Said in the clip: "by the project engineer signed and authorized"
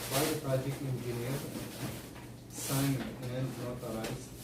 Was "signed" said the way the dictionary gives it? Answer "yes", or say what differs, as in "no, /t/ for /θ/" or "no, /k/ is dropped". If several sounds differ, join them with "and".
no, /d/ is dropped